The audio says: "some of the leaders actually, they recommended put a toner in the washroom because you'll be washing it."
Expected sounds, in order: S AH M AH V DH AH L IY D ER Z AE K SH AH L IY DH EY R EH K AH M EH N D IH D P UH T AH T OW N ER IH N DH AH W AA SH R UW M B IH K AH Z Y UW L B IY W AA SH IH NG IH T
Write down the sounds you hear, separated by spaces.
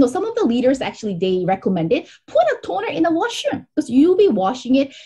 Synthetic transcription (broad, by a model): S AH M AH V DH AH L IY D ER Z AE K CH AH L IY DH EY R EH K AH M EH N D IH D P UH T AH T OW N ER IH N DH AH W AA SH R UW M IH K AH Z Y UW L B IY W AA SH IH NG IH T